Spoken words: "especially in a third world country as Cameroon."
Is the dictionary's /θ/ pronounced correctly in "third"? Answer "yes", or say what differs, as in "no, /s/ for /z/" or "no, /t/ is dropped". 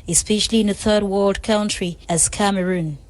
yes